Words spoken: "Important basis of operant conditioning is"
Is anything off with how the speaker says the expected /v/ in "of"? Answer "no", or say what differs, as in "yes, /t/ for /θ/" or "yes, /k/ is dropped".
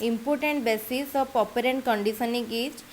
yes, /p/ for /v/